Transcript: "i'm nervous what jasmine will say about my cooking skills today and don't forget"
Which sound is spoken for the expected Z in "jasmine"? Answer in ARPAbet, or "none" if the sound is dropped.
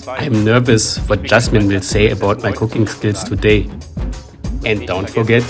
S